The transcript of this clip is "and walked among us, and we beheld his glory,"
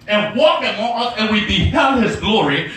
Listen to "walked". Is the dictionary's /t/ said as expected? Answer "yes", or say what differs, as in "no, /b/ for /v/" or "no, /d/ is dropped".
no, /t/ is dropped